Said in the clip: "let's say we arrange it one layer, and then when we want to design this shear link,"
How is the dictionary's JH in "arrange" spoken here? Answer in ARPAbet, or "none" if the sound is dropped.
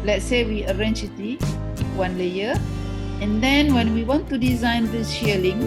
CH